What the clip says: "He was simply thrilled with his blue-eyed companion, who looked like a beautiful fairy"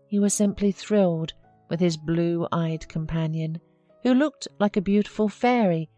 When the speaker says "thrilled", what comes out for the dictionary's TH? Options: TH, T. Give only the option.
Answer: TH